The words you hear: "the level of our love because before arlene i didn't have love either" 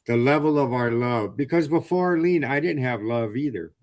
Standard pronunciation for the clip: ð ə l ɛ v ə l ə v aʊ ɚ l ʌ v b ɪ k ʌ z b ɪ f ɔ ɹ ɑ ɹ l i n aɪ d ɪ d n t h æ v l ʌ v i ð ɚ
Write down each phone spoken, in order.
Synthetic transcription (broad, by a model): ð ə l ɛ v l ə v aʊ ɚ l ʌ v b ɪ k ʌ z b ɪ f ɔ ɑ ɹ l i n aɪ d ɪ d n t h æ v l ʌ v i ð ɚ